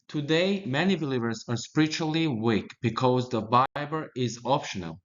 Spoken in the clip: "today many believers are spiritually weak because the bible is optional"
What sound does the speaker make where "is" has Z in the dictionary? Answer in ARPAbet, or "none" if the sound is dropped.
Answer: Z